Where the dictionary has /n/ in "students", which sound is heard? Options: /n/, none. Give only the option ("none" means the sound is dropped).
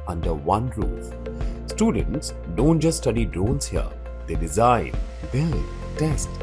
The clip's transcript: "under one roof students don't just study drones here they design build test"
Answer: /n/